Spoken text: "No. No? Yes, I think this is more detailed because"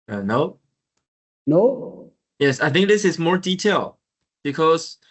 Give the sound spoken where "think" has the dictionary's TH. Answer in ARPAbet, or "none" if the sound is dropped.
TH